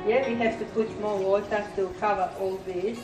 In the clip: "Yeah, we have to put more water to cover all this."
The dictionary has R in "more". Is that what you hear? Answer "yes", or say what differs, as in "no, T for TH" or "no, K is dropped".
no, L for R